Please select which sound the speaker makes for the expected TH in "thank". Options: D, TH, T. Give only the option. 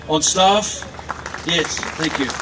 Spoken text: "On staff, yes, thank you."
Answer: TH